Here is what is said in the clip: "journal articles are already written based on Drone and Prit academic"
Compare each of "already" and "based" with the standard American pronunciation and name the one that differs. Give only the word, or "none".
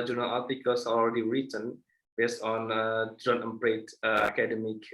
none